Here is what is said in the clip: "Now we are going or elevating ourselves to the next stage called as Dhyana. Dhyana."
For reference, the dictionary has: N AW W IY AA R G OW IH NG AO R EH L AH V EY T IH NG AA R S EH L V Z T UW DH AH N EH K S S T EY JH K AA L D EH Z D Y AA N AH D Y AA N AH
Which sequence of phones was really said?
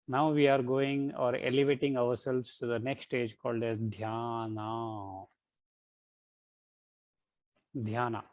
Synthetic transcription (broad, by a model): N AW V IY AA R G OW IH NG AO R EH L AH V EY T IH NG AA R S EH L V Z T UW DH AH N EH K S S T EY JH K AA L D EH S D Y AA N AH D Y AA N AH